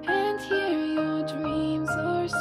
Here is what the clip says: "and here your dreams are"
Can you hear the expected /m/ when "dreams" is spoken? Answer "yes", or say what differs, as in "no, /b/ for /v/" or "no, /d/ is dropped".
yes